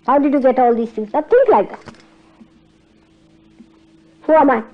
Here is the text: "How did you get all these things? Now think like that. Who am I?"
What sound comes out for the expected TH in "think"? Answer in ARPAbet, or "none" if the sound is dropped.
T